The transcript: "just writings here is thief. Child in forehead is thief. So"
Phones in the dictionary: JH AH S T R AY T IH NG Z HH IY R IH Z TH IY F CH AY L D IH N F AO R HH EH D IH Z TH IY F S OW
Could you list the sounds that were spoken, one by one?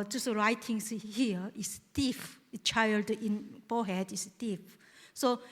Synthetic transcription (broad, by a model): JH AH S R AY T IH NG S HH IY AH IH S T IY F CH AY L D IH N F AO HH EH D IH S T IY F S OW